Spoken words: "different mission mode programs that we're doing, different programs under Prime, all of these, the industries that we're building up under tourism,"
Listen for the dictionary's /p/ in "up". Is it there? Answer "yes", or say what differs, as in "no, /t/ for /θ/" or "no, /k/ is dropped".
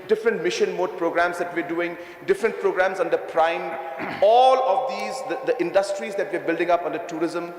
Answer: yes